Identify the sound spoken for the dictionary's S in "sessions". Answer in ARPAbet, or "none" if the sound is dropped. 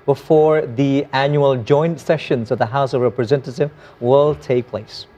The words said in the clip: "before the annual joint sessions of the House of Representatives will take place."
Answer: S